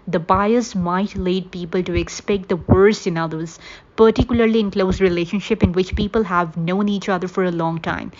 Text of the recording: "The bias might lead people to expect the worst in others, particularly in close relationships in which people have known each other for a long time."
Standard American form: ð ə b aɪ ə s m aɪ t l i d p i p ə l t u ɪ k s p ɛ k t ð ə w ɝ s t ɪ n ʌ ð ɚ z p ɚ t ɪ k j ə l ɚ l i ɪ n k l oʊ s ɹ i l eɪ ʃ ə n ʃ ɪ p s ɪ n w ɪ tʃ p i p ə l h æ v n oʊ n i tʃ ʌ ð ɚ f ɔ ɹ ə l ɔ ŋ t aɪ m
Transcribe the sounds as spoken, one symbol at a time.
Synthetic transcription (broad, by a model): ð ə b aɪ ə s m aɪ t l i d p i p ə l t u ɪ k s p ɛ k t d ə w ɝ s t ɪ n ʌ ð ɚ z p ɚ t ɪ k j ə l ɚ l i ɪ n k l oʊ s ɹ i l eɪ ʃ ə n ʃ ɪ p ɪ n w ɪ tʃ p i p ə l h æ v n oʊ n i tʃ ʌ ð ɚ f ɔ ɹ ə l ɔ ŋ t aɪ m